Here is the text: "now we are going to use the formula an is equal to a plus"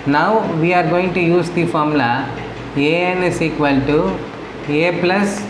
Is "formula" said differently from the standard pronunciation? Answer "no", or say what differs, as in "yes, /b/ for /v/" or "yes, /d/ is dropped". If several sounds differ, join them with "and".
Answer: yes, /l/ is dropped